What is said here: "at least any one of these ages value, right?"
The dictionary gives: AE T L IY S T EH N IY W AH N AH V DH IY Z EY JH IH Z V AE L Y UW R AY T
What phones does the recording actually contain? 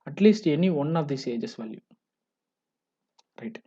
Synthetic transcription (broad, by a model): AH T L IY S T EH N IY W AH N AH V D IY S EY JH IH S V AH L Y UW R AY T